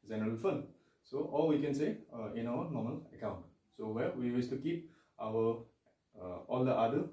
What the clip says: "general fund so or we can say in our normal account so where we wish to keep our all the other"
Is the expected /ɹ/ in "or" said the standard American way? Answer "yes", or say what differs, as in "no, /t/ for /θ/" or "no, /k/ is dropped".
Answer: no, /l/ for /ɹ/